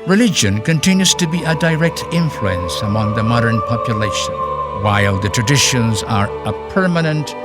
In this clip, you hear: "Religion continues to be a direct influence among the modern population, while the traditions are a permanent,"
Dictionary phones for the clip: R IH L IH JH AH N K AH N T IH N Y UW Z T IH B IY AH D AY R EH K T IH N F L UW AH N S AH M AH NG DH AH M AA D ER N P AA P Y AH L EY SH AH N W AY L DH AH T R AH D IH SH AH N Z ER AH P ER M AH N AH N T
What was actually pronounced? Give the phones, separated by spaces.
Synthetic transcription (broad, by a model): R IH L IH JH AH N K AH N T IH N Y UW Z T IH B IY AH D AY R EH K T IH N F L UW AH N S AH M AH NG DH AH M AA D ER N P AA P Y AH L EY SH AH N W AY L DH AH T R AH D IH SH AH N Z ER AH P ER M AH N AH N T